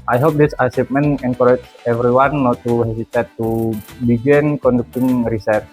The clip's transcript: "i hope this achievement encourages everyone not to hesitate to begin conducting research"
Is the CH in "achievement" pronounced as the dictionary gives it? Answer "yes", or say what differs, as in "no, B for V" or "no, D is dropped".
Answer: no, S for CH